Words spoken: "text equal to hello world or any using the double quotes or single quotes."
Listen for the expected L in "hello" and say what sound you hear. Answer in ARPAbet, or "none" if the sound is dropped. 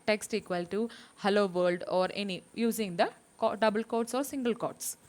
L